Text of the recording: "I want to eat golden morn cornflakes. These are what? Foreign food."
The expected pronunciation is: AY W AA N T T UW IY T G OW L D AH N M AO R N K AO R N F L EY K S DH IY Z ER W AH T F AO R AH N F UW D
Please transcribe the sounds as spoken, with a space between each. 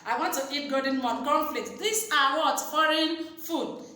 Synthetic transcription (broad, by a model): AY W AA N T T UW IY T G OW D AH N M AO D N K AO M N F L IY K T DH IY S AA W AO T F AO R AH N F UW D